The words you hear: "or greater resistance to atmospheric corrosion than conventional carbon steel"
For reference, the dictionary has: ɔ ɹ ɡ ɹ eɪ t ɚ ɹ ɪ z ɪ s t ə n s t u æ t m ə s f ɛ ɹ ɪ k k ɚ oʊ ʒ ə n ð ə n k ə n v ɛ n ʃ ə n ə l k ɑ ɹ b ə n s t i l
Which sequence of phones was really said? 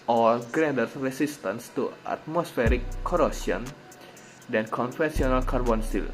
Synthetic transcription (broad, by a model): ɔ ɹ ɡ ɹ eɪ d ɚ ɹ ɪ s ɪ s t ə n s t u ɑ t m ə s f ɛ ɹ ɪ k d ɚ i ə n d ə n k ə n f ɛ n s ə n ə l k ɑ ɹ b ə n s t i l